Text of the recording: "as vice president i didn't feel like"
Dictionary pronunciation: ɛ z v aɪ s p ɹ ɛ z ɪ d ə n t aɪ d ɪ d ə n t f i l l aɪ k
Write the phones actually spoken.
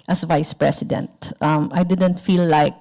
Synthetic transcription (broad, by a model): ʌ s v aɪ s p ɹ ɛ s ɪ d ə n t aɪ d ɪ d ə n t f i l l aɪ k